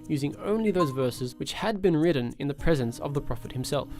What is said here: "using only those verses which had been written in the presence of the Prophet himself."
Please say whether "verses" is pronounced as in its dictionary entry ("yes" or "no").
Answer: yes